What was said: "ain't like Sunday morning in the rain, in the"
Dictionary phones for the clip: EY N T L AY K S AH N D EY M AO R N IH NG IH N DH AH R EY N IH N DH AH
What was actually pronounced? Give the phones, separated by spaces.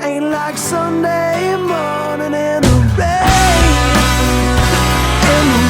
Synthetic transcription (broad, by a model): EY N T L AY K S AH N D EY M AO R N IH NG IH N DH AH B EY IH N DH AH